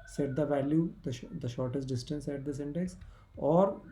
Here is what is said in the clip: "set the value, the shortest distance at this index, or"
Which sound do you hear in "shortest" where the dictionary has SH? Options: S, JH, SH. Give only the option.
SH